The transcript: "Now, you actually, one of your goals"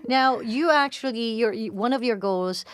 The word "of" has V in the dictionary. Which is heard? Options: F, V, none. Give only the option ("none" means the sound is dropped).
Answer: V